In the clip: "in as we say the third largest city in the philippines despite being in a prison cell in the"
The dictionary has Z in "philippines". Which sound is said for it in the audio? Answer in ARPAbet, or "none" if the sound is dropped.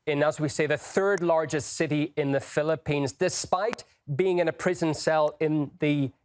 Z